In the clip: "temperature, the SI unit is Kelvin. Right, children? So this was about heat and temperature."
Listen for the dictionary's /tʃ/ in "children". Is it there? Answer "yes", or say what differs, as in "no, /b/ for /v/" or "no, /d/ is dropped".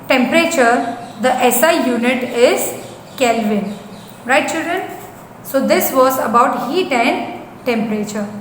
yes